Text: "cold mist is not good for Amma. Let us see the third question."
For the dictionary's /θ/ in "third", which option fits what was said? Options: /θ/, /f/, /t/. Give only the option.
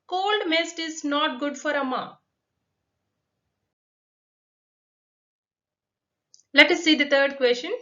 /t/